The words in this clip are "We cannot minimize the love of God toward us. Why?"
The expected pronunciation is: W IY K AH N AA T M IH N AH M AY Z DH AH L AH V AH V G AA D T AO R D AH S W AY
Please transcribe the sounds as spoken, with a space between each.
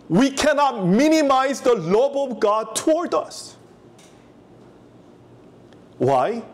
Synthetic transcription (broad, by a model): W IY K AH N AA T M IH N AH M AY Z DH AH L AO B AH V G AA D T AO R D AH S W AY